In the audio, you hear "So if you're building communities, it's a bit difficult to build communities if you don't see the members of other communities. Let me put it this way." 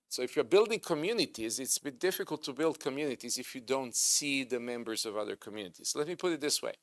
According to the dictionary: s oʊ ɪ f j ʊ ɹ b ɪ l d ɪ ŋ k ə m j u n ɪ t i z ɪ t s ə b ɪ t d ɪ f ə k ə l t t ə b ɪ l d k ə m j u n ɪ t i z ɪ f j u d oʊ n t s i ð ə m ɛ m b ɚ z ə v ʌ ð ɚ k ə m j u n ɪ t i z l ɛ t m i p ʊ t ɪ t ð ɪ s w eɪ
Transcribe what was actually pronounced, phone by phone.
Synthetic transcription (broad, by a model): s oʊ ɪ f j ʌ ɹ b ɪ l d ɪ ŋ k ə m j u n ɪ t i z ɪ t s ə b ɪ t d ɪ f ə k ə l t t ə b ɪ l d k ə m j u n ɪ t i z ɪ f j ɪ d oʊ n t s i ð ə m ɛ m b ɚ z ə v ʌ ð ɚ k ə m j u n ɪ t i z l ɛ t m i p ʊ t ɪ t ð ɪ s w eɪ